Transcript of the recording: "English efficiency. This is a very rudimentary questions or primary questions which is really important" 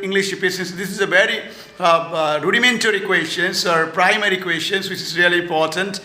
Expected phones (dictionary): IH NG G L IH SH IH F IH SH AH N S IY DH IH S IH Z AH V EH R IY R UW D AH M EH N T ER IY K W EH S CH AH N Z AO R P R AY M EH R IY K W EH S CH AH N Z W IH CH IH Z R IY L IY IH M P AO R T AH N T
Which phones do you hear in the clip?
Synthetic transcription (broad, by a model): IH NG G L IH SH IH P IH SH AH N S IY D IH S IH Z AH V EH R IY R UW D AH M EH N T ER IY K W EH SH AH N S AO R P R AY M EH R IY K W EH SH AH N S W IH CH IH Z R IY L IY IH M P AO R T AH N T